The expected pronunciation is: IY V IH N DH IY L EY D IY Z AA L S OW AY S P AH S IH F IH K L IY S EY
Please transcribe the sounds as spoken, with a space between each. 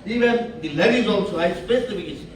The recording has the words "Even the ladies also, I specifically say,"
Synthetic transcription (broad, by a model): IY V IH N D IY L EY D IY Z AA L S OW AY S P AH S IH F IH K IY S